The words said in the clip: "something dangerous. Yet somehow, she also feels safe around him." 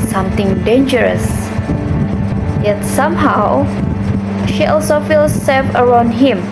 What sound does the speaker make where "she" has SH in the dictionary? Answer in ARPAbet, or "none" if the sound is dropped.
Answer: SH